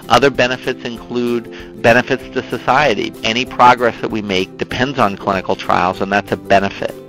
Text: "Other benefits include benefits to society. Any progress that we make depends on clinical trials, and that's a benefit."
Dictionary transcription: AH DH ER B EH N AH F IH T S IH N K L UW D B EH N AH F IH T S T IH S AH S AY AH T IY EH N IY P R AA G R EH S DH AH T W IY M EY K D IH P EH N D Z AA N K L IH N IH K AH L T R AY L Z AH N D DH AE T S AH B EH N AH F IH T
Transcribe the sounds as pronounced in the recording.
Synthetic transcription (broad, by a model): AH DH ER B EH N AH F IH T S IH N K L UW D B EH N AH F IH T S T IH S AH S AY AH T IY EH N IY P R AA G R EH S DH AH T W IY M EY K D IH P EH N D Z N K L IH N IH K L T R AY L Z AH N DH AE T S AH B EH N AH F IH T